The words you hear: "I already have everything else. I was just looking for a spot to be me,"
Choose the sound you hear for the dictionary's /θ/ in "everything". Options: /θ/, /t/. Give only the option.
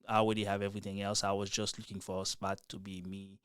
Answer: /θ/